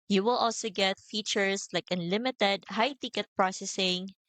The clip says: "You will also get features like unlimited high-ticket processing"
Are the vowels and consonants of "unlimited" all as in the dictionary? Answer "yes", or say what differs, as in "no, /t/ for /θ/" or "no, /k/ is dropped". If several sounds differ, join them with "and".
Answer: yes